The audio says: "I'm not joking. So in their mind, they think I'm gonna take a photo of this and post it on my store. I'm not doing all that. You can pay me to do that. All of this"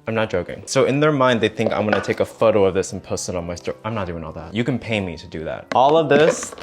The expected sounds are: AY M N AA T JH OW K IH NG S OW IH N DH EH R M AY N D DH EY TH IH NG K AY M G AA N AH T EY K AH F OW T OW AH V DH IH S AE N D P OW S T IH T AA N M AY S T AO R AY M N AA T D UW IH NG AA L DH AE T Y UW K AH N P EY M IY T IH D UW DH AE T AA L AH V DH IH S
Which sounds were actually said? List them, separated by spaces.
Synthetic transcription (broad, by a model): AY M N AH T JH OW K IH NG S OW IH N DH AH R M AY N D DH EY TH IH NG K AY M G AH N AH T EY K AH F OW T OW AH V DH IH S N P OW S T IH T N M AY S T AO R AY M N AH T D UW IH NG AA L DH AE T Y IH K AH N P EY M IY T IH D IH DH AE T AA L AH V DH IH S